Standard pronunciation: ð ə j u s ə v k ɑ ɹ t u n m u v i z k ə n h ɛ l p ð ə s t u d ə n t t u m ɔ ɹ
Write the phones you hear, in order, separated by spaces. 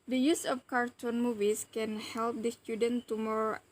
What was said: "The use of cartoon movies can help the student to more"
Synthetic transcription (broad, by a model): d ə j u s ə f k ɑ ɹ t u n m u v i s k ə n h ɛ l p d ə s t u d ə n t t u m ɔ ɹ